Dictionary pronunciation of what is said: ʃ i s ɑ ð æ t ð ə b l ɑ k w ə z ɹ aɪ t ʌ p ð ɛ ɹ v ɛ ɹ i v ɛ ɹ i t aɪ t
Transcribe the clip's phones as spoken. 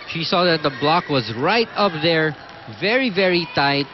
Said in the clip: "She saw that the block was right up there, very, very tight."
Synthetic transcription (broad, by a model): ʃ i s ɑ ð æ t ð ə b l ɑ k w ə z ɹ aɪ t ʌ p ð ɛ ɹ v ɛ ɹ i v ɛ ɹ i t aɪ t